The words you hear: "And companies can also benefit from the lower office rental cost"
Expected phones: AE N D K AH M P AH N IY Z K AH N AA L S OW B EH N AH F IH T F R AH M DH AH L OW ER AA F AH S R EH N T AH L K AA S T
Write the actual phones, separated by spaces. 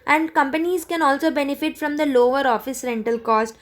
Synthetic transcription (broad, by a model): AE N D K AH M P AH N IY Z K AH N AA L S OW B EH N AH F IH T F R AH M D AH L OW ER AA F AH S R EH N T AH L K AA S T